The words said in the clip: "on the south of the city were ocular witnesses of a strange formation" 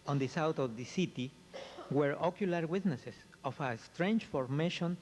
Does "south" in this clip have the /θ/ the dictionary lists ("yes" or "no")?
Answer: no